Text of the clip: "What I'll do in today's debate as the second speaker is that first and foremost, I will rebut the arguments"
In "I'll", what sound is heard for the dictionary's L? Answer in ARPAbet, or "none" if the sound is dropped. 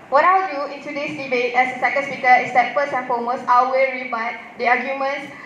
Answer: W